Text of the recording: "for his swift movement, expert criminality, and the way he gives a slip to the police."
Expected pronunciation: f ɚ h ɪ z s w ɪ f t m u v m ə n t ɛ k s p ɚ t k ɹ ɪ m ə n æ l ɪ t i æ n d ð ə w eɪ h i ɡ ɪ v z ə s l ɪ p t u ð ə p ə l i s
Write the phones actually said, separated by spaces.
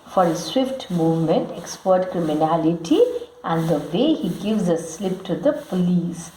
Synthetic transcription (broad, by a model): f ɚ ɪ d s w ɪ f t m u v m ə n t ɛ k s p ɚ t k ɹ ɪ m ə n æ l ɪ t i æ n d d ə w eɪ h i ɡ ɪ v z ə s l ɪ p t u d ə p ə l i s